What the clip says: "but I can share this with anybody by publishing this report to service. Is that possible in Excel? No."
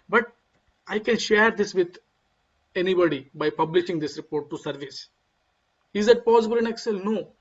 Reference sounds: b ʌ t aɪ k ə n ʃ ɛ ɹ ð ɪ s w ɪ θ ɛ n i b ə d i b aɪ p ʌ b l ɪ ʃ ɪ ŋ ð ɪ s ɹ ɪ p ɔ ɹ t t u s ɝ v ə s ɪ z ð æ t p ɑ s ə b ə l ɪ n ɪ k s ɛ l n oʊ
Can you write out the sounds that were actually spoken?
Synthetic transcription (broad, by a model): b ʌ t aɪ k ə n ʃ ɛ ɹ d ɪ s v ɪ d ɛ n i b ə d i b aɪ p ʌ b l ɪ ʃ ɪ ŋ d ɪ s ɹ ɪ p ɔ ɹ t t u s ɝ v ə s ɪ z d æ t p ɑ s ə b ə l ɪ n ɪ k s ɛ l n oʊ